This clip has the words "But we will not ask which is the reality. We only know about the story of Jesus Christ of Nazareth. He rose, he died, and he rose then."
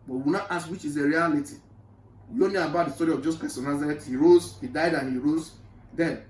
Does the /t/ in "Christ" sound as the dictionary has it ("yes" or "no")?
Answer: no